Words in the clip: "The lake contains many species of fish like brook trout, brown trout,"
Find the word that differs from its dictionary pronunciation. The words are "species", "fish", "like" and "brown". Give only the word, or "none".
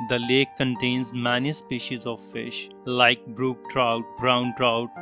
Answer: none